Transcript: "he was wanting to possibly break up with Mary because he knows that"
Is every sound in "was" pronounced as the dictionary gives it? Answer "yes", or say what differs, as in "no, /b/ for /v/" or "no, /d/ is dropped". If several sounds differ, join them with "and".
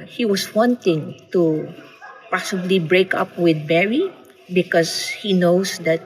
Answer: no, /s/ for /z/